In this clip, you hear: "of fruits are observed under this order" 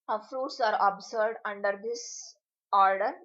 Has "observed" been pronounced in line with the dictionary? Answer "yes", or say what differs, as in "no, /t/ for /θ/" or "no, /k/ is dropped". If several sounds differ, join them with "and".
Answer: no, /s/ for /z/ and /v/ is dropped